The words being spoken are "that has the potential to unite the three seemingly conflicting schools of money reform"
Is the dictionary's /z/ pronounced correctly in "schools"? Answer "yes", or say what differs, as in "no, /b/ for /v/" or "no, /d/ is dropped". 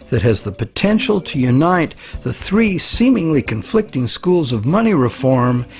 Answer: yes